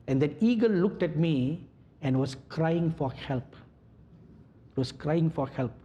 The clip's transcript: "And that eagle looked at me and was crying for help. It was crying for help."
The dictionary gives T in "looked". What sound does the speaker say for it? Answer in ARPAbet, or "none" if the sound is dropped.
T